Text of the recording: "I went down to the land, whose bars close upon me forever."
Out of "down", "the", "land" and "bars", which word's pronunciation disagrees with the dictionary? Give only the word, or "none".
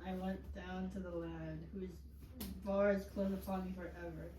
land